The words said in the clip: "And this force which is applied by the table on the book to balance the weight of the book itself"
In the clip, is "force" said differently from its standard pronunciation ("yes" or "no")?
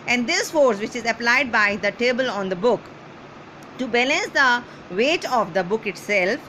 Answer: no